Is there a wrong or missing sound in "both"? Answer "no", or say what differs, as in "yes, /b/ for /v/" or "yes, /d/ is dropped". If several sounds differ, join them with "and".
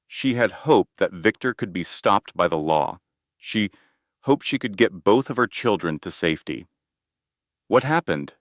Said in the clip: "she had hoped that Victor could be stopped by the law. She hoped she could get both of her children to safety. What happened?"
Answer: no